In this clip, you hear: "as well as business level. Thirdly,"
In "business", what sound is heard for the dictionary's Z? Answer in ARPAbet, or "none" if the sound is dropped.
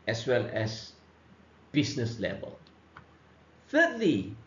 S